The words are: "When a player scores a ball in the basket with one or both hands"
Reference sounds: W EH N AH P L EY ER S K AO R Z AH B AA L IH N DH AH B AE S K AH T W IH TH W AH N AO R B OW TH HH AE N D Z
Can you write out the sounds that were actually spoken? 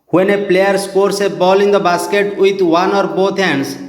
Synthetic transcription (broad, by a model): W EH N AH P L EY ER S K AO R S AH B AA L IH N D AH B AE S K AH T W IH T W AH N AO R B OW T HH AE N D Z